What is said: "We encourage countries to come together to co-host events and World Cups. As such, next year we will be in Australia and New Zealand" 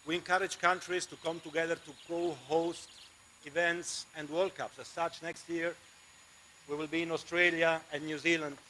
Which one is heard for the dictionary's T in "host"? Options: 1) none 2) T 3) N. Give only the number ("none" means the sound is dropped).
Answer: 2